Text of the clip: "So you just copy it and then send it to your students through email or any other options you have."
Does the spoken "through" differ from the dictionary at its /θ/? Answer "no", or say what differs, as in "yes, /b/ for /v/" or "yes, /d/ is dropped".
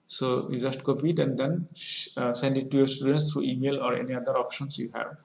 yes, /t/ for /θ/